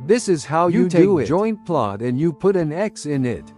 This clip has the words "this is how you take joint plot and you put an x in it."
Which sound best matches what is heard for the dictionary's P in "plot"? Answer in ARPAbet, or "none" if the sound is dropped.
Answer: P